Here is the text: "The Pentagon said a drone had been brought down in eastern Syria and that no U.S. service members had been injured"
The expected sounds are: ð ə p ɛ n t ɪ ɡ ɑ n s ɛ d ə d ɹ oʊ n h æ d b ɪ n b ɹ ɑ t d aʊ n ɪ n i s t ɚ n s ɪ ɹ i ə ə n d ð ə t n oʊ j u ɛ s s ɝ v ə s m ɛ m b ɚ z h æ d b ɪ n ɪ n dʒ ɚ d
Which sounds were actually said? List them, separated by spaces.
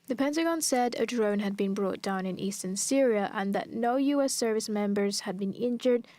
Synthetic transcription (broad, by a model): ð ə p ɛ n t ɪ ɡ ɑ n s ɛ d ə d ɹ oʊ n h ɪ d b ɪ n b ɹ ɑ t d aʊ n ɪ n i s t ɚ n s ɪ ɹ i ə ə n ð ə t n oʊ j u ɛ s s ɝ v ə s m ɛ m b ɚ z h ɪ d b ɪ n ɪ n dʒ ɚ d